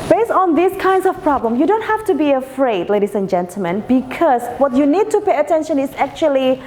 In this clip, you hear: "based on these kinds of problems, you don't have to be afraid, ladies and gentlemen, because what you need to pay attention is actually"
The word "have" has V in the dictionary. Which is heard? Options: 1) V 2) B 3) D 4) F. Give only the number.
4